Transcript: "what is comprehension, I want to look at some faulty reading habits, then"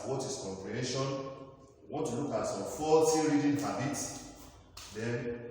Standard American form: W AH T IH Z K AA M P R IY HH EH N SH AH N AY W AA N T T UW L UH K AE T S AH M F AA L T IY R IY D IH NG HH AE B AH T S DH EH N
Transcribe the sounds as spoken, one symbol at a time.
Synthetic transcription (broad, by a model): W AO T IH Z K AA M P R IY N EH SH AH N W AA N T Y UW L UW K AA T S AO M F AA T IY R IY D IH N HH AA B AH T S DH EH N